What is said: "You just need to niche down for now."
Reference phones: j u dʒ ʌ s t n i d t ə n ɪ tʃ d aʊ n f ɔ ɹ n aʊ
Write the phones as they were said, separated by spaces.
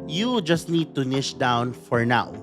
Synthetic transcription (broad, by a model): j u dʒ ʌ s t n i d t ə n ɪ ʃ d aʊ n f ɔ ɹ n aʊ